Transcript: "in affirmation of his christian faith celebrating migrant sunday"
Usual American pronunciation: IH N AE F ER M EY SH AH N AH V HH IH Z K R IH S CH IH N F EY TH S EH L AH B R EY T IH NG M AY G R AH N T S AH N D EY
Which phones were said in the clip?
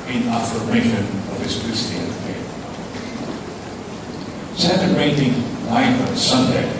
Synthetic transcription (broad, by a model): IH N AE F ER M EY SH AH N AH V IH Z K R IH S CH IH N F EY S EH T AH R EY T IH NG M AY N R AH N S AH N D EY